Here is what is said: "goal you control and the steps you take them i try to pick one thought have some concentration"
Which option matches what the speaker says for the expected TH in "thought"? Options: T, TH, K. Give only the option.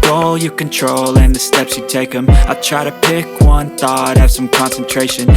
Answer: TH